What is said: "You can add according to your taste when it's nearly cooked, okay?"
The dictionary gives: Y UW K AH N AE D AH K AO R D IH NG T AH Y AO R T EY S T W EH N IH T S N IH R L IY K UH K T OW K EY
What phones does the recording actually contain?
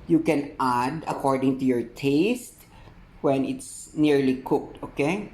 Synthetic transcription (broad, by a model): Y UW K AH N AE D AH K AO R D IH NG T AH Y AO R T EY S T W EH N IH T S N IH R L IY K UH K T OW K EY